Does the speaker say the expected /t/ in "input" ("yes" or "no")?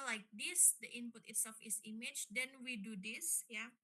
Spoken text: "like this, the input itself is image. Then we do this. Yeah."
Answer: yes